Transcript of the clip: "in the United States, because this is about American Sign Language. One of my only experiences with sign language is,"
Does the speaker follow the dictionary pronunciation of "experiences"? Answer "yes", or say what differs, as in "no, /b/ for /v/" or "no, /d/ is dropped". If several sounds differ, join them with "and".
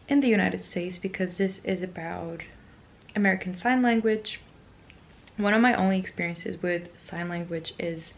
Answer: yes